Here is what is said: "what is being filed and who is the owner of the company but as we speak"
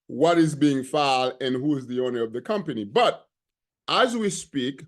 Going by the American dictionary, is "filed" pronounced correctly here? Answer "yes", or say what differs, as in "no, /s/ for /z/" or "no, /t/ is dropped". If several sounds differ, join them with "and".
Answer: no, /d/ is dropped